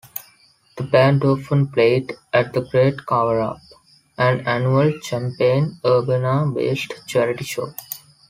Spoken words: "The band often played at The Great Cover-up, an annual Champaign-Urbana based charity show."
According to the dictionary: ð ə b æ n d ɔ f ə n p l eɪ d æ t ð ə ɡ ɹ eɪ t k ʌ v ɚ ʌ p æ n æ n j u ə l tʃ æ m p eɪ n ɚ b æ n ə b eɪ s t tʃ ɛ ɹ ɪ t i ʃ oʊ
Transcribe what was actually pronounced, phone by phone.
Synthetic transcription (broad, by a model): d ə b æ n d ɔ f ə n p l eɪ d æ t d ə ɡ ɹ eɪ t k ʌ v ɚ ʌ p æ n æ n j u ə l tʃ æ m p eɪ n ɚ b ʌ n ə b eɪ s t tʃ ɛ ɹ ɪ t i ʃ oʊ